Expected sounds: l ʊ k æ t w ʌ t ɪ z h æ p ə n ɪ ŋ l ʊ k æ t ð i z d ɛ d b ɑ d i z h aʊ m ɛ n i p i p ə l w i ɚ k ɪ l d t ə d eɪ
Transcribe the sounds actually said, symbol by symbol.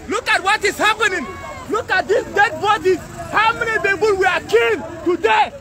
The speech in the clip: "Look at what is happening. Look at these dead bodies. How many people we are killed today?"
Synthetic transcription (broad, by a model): l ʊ k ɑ t w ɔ t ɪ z h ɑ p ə n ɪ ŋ l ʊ k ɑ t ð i s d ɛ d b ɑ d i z h aʊ m ɛ n i b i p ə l w i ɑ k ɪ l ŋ t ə d eɪ